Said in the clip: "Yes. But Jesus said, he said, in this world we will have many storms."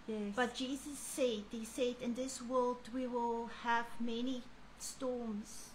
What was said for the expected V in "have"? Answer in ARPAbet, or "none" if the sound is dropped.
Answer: V